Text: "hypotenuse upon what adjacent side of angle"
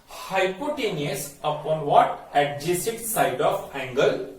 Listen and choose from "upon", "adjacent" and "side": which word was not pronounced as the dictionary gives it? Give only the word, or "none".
adjacent